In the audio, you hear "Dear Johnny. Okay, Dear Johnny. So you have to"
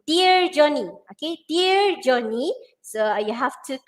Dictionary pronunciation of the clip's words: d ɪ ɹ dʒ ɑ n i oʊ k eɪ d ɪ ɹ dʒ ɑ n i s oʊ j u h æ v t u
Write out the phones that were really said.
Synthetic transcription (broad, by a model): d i ɹ dʒ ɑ n i oʊ k eɪ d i ɹ dʒ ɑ n i s oʊ j u h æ f t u